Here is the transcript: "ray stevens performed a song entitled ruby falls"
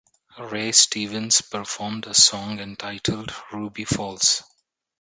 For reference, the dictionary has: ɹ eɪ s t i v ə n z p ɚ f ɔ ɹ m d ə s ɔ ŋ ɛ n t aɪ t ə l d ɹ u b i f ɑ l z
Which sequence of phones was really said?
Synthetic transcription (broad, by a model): ɹ eɪ s t i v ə n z p ɚ f ɔ ɹ m d ə s ɔ ŋ ɛ n t aɪ t ə l d ɹ u b i f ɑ l s